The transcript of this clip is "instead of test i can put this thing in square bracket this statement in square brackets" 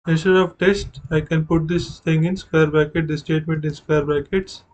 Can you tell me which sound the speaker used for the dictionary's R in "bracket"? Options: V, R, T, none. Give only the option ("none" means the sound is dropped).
none